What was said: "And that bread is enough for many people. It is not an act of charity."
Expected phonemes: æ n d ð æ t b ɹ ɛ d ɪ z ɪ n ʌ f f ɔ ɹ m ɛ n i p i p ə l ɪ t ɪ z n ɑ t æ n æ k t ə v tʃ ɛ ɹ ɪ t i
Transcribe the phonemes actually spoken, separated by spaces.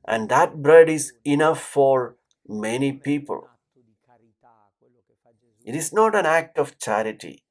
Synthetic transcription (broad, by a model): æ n d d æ t b ɹ ɛ d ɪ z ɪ n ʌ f f ɔ ɹ m ɛ n i p i p ə l ɪ t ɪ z n ɑ t æ n æ k t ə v tʃ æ ɹ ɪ t i